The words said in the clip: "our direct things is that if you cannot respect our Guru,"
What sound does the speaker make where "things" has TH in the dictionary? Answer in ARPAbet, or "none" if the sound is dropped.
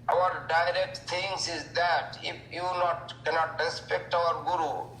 T